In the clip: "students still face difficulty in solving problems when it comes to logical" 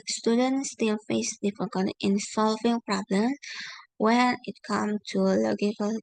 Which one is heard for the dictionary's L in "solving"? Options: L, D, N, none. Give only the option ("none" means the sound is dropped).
L